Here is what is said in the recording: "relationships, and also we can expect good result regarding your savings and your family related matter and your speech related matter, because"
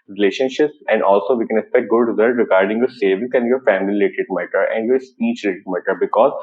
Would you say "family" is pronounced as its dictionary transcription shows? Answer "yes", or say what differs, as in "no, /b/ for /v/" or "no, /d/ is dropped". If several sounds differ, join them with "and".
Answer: no, /l/ is dropped